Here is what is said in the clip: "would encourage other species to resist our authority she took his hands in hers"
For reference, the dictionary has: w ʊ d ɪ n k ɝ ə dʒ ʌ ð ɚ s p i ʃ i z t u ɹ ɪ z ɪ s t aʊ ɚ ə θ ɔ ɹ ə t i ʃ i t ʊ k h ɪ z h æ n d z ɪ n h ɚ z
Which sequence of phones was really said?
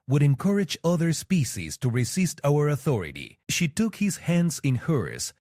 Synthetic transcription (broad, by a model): w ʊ d ɪ n k ɝ ə dʒ ʌ ð ɚ s p i ʃ i z t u ɹ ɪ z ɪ s t aʊ ɚ ə θ ɔ ɹ ə t i ʃ i t ʊ k h ɪ z h æ n d z ɪ n h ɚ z